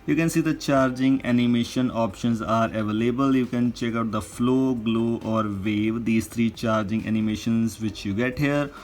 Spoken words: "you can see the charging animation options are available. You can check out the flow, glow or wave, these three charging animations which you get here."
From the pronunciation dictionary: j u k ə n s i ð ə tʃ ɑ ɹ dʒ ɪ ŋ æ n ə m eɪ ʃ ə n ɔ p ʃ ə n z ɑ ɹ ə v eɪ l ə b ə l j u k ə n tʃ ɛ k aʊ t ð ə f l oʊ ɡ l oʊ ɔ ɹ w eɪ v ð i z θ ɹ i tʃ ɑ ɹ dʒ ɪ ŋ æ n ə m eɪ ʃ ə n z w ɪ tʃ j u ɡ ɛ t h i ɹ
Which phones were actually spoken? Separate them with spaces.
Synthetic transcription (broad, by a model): j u k ə n s i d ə tʃ ɑ ɹ dʒ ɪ ŋ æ n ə m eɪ ʃ ə n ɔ p ʃ ə n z ɑ ɹ ə v eɪ l ə b ə l j u k ə n tʃ ɛ k aʊ t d ə f l oʊ ɡ l oʊ ɔ ɹ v eɪ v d i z t ɹ i tʃ ɑ ɹ dʒ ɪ ŋ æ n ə m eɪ ʃ ə n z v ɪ tʃ j u ɡ ɛ t h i ɹ